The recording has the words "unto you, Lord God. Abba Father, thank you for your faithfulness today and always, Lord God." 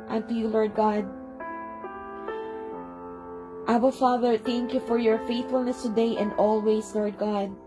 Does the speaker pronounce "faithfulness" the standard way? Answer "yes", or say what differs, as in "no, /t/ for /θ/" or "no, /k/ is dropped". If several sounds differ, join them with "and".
yes